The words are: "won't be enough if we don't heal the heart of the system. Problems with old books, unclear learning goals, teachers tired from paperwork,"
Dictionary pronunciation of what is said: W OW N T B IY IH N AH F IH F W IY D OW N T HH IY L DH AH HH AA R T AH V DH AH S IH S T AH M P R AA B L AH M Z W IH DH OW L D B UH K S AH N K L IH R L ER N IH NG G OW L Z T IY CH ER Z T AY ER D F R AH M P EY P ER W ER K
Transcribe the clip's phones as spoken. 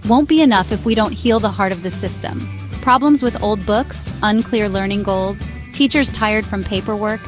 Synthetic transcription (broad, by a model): W OW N B IY IH N AH F IH F W IY D OW N T HH IY L DH AH HH AA R T AH V DH AH S IH S T AH M P R AA B L AH M Z W IH DH OW L D B UH K S AH N K L IH R L ER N IH NG G OW L Z T IY CH ER Z T AY ER D F R AH M P EY P ER W ER K